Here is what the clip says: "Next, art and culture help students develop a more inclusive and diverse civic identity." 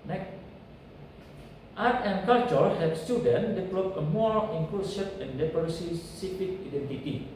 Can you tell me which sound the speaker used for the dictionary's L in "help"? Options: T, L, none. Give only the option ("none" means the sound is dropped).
none